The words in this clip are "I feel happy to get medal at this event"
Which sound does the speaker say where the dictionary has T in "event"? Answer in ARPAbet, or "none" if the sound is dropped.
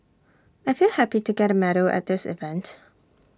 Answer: T